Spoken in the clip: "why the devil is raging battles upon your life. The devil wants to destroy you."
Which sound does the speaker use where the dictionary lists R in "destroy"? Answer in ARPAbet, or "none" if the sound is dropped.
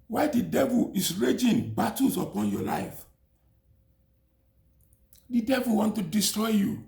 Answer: R